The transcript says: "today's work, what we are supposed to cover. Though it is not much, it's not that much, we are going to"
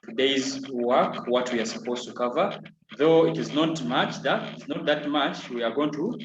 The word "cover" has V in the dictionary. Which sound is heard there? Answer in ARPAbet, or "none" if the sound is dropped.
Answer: V